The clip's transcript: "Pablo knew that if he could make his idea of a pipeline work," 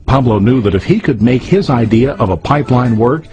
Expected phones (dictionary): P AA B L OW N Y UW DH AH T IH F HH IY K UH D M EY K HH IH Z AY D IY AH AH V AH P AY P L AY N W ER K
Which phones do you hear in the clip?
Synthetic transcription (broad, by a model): P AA B L OW N Y UW DH AH T IH F HH IY K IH D M EY K HH IH Z AY D IY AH AH V AH P AY P L AY N W ER K